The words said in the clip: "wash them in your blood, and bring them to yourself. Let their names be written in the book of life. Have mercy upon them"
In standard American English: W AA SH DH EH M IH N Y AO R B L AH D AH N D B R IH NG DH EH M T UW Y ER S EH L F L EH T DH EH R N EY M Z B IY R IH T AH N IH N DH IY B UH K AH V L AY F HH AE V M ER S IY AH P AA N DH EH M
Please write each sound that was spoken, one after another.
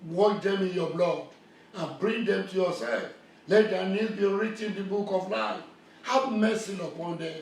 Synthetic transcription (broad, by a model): W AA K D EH M IH N Y AO B L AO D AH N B R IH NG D EH M T UW Y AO S EH L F L EH T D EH N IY Z B IY R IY T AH N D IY B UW K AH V L AY F HH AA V M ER S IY AH P AA N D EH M